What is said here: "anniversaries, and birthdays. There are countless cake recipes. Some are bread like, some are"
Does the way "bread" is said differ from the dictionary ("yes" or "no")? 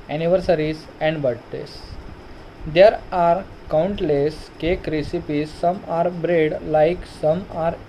no